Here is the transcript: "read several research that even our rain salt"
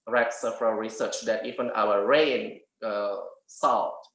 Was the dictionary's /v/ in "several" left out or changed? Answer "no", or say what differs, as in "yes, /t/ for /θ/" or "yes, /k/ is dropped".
yes, /f/ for /v/